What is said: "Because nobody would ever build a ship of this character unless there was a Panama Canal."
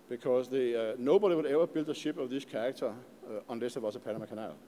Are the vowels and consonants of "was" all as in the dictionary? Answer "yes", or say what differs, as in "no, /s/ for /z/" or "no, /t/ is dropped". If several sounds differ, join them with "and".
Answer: no, /s/ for /z/